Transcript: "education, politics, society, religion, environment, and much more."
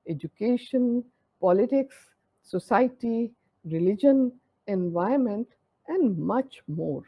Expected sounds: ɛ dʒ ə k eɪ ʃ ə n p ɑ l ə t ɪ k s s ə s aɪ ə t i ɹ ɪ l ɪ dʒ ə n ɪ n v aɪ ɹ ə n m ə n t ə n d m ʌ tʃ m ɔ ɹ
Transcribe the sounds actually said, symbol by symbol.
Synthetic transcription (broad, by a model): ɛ dʒ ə k eɪ ʃ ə n p ɑ l ə t ɪ k s s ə s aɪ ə t i ɹ ɪ l ɪ dʒ ə n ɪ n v aɪ ə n m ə n t ə n d m ʌ tʃ m ɔ ɹ